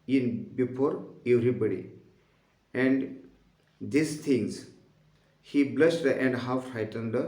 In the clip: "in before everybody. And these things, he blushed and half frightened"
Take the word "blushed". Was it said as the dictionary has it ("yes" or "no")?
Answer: no